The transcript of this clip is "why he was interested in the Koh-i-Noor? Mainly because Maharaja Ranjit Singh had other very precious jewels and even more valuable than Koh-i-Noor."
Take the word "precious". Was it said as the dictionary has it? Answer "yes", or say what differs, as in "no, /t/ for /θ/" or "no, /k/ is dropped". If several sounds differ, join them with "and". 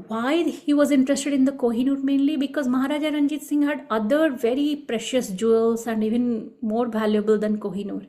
yes